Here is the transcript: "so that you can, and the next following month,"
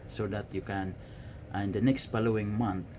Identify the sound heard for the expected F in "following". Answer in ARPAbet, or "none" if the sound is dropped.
P